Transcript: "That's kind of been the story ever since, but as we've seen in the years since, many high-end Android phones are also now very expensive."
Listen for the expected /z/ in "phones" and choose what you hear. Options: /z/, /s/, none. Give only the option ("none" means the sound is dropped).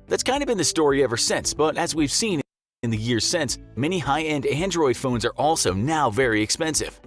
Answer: /z/